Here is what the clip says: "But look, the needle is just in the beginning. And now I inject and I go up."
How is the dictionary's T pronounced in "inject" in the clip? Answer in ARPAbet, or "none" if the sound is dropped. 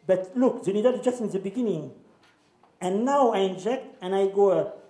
T